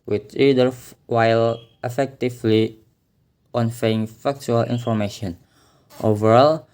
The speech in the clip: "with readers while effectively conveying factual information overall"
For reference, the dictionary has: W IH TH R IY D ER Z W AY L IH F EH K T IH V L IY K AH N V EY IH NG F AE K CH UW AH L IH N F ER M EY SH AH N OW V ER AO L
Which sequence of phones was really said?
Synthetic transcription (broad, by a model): W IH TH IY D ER W AY L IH F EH K T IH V L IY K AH N F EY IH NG F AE K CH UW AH L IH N F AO M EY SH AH N OW V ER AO L